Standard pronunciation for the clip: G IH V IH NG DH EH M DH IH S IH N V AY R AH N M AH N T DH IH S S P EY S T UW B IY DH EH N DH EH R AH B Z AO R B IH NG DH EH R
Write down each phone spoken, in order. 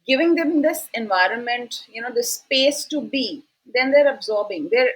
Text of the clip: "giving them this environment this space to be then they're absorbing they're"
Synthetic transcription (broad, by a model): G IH V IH NG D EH M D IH S IH N V AY R AH N M AH N T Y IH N S P EY S T UW B IY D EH N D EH R AH B Z AO R B IH NG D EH R